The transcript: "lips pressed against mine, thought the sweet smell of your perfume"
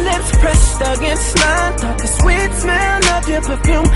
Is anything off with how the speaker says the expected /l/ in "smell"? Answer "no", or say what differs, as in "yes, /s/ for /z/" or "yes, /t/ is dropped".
yes, /n/ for /l/